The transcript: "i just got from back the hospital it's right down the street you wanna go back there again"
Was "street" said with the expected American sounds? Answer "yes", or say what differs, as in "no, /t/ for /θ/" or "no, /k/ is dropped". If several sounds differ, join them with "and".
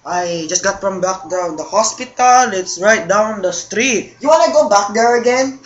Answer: yes